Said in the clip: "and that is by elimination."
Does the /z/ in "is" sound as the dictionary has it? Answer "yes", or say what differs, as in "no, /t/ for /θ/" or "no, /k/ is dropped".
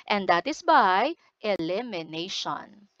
no, /s/ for /z/